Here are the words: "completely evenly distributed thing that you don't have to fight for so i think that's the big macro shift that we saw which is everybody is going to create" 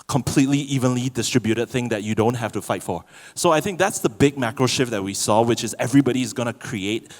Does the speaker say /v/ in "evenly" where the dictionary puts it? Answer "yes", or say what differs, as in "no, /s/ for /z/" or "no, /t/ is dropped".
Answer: yes